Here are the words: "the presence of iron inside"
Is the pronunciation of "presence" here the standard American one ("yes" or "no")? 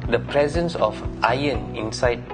yes